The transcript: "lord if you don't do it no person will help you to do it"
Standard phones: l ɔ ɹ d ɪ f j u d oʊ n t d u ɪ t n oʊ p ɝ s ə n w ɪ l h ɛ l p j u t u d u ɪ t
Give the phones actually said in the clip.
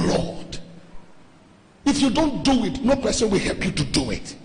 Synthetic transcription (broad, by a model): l ɔ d ɪ f j u d oʊ n t d u ɪ t n oʊ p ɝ s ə n w ɪ l h ɛ l p j u t u d u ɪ t